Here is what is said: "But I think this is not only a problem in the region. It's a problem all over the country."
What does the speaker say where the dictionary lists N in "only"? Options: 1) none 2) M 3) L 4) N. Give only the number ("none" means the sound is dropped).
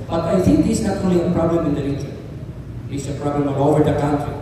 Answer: 1